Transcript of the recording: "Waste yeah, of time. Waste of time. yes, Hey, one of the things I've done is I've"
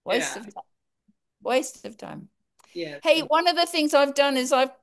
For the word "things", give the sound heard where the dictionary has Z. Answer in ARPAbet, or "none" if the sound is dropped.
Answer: Z